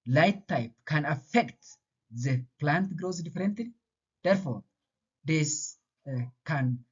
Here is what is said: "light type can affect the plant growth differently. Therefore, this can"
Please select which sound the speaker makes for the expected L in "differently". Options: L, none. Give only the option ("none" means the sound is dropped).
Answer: none